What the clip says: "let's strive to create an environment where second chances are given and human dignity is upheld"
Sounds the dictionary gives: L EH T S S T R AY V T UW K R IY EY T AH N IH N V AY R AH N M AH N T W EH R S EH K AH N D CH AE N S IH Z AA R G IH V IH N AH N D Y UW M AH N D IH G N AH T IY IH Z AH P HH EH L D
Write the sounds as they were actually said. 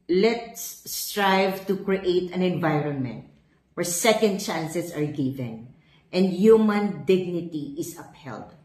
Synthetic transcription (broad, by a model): L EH T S S T R AY V T UW K R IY EY T AH N IH N V AY R AH N M AH N T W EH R S EH K AH N D CH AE N S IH S AA R G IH V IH N AH N D Y UW M AH N D IH G N AH T IY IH S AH P HH EH L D